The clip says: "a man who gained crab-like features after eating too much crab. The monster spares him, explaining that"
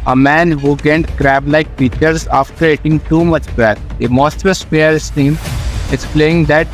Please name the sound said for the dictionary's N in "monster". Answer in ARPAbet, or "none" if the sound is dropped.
none